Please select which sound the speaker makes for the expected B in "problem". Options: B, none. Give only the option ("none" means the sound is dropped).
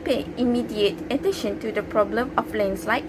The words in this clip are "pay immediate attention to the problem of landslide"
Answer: B